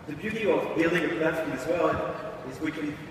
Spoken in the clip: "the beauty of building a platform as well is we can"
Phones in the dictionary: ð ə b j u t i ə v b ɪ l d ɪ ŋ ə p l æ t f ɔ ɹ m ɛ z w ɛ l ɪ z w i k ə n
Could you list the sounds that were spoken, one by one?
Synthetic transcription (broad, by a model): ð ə b j u t i ə v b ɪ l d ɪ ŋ ə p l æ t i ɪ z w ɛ n ɪ z w i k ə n